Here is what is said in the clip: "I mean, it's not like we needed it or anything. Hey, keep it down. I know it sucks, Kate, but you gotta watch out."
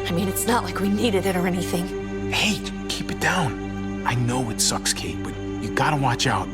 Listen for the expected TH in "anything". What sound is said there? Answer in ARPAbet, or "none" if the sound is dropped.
TH